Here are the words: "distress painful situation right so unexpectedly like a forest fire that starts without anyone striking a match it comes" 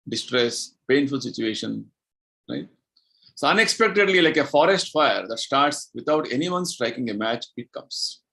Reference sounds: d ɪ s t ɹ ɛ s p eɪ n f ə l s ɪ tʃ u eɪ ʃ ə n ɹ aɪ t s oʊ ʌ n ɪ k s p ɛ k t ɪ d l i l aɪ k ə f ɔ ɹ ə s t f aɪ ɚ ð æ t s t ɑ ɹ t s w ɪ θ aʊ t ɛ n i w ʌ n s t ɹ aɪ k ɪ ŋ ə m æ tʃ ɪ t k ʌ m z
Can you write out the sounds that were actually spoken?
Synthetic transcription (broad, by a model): d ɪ s t ɹ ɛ s p eɪ n f ə l s ɪ tʃ u eɪ ʃ ə n ɹ aɪ t s oʊ ʌ n ɪ k s p ɛ k t ɪ d l i l aɪ k ə f ɔ ɹ ə s t f aɪ ɚ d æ t s t ɑ ɹ t s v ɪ t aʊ t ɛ n i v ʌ n s t ɹ aɪ k ɪ ŋ ə m æ tʃ ɪ t k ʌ m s